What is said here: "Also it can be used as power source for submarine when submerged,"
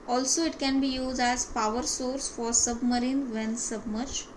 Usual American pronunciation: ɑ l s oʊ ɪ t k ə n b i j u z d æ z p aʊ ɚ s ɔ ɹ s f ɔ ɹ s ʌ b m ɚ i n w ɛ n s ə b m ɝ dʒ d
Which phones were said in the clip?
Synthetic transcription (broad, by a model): ɑ l s oʊ ɪ t k ə n b i j u z d æ z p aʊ ɚ s ɔ ɹ s f ɔ ɹ s ʌ b m ɚ i n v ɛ n s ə b m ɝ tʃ